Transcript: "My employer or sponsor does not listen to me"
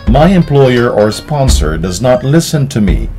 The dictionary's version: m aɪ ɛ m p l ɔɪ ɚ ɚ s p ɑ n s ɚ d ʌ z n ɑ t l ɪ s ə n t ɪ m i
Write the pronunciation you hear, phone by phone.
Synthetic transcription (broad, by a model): m aɪ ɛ m p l ɔɪ ɚ ɚ s p ɑ n s ɚ d ʌ z n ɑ t l ɪ s ə n t ɪ m i